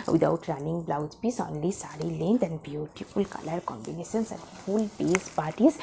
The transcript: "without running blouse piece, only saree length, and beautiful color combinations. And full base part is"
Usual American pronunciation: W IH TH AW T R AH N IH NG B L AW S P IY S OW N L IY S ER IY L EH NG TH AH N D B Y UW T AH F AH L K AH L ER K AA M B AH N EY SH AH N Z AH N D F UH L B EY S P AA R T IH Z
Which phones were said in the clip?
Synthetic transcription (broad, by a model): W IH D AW T R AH N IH NG B L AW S P IY S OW N L IY S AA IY L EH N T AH N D B Y UW T AH F AH L K AH L ER K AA M B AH N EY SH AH N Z AH N D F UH L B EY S P AA R T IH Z